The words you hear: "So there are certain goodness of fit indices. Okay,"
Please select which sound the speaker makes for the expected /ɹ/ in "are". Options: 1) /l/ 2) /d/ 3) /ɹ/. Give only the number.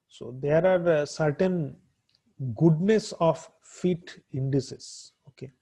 3